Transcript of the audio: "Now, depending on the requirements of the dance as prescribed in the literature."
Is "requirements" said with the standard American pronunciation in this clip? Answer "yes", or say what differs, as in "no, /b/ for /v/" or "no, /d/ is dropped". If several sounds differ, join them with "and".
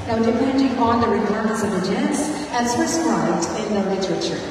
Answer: no, /m/ is dropped